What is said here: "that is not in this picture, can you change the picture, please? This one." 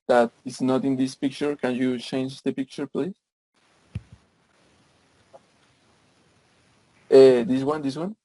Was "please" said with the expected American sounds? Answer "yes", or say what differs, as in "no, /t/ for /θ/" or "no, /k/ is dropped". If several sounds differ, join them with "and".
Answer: no, /s/ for /z/